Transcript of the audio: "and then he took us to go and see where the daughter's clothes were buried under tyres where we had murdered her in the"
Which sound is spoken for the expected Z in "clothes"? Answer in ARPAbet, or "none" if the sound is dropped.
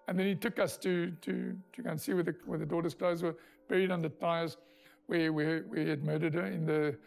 Z